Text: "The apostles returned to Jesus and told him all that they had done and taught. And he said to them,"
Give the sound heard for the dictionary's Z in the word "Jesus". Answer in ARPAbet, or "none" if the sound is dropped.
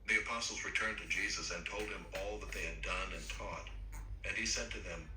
Z